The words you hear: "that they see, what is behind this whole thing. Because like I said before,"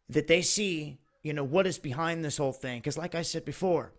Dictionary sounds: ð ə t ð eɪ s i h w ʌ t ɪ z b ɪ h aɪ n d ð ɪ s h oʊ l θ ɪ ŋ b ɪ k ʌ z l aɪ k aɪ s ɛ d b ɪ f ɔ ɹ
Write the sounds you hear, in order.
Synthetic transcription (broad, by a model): ð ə t ð eɪ s i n w ʌ t ɪ z b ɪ h aɪ n ð ɪ s h oʊ l θ ɪ ŋ k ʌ z l aɪ k aɪ s ɛ d b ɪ f ɔ ɹ